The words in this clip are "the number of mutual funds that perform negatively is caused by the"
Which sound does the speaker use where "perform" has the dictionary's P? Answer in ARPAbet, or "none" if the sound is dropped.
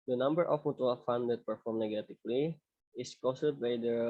P